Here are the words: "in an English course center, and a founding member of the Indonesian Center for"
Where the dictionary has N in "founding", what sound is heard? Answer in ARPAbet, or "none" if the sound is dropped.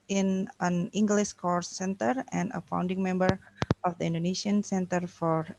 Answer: N